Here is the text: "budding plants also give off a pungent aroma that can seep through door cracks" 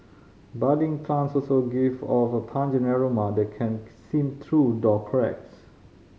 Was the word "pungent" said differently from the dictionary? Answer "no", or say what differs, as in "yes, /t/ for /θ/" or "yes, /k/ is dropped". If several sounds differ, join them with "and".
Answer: yes, /t/ is dropped